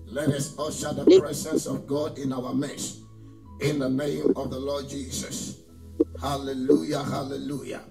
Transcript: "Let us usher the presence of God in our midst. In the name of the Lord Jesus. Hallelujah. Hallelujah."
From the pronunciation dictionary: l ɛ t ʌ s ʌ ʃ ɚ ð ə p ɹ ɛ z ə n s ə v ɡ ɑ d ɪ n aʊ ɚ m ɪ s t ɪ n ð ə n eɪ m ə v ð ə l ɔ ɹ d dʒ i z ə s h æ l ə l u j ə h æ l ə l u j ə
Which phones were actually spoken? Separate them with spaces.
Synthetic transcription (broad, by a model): l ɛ t ʌ s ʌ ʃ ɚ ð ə p ɹ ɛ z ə n s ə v ɡ ɑ d ɪ n aʊ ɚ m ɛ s ɪ n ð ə n eɪ m ə v ð ə l ɔ d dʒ i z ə s h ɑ l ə l u j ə h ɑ l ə l u j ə